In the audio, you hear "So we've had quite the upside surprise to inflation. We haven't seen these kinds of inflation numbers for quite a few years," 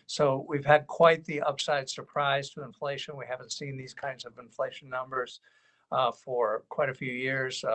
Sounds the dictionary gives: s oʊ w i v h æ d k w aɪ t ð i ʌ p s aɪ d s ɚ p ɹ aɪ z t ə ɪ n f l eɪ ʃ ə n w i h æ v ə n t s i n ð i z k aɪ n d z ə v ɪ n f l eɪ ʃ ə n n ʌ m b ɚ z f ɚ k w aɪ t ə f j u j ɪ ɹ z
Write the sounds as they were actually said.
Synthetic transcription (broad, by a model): s oʊ w i v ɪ d k w aɪ t ð i ʌ p s aɪ d s ɚ p ɹ aɪ z t ə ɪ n f l eɪ ʃ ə n w i h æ v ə n t s i n ð i z k aɪ n d z ə v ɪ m f l eɪ ə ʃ n ʌ m b ɚ z f ɚ k w aɪ t ə f j u j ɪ ɹ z